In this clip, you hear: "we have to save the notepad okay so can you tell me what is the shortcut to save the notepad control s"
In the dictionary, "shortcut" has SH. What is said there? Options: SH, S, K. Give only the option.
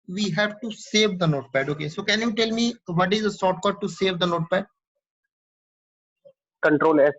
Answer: S